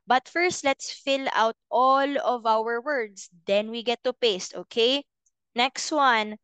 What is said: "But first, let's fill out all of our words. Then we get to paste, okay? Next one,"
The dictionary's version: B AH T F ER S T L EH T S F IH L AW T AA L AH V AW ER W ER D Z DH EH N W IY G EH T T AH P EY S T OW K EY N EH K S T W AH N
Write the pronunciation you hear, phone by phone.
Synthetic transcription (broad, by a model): B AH T F ER S T L EH T S F IH L AW T AA L AH V AW ER W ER D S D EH N W IY G EH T T AH P EY S T OW K EY N EH K S T W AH N